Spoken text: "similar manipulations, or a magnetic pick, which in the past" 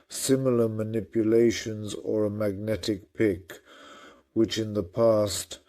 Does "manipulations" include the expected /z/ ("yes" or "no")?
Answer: yes